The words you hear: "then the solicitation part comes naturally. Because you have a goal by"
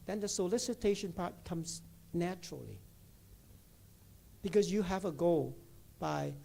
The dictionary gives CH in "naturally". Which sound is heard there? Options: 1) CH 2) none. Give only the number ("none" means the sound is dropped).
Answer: 1